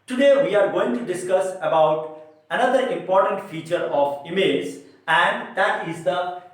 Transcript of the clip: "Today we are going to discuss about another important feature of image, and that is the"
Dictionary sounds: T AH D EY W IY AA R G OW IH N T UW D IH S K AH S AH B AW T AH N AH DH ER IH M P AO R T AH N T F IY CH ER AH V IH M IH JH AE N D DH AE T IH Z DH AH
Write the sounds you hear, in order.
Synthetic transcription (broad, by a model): T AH D EY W IY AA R G OW IH N T UW D IH S K AH S AH B AW T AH N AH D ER IH M P AO R T AH N T F IY CH ER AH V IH M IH Z AE N D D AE T IH Z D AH